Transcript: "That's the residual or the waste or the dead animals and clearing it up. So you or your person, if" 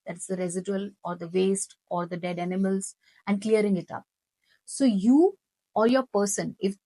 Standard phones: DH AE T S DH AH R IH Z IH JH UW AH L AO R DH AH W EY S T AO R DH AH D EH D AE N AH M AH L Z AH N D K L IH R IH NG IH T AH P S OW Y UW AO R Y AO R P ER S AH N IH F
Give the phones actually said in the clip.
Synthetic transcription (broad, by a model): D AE T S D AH R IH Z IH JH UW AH L AO R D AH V EY S T AO R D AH D EH D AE N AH M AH L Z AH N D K L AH R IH NG IH T AH P S OW Y UW AO R Y AO R P ER S AH N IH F